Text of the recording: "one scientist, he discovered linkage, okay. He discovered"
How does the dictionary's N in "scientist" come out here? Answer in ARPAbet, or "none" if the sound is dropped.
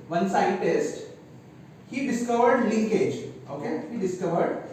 none